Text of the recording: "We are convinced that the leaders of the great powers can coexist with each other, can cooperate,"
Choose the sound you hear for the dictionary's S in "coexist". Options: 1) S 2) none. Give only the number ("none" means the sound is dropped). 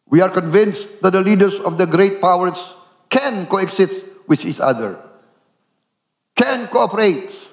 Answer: 2